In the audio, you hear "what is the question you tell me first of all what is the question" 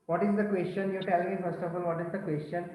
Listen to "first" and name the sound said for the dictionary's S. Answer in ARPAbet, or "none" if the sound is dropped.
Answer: S